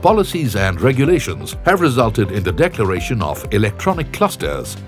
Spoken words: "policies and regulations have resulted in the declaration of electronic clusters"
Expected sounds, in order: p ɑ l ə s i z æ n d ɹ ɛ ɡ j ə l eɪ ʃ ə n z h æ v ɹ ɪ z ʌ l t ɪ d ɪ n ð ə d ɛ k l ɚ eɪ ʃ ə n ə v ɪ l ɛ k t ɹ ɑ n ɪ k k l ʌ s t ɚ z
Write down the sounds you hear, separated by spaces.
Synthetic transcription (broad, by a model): p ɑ l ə s i z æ n d ɹ ɛ ɡ j ə l eɪ ʃ ə n z h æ v ɹ ɪ z ʌ l t ɪ d ɪ n ð ə d ɛ k l ɚ eɪ ʃ ə n ə v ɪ l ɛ k t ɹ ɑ n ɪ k k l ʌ s t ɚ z